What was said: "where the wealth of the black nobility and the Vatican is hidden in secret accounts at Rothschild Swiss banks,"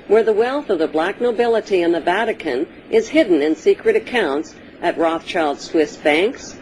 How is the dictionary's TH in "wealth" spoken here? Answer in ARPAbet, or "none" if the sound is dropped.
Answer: TH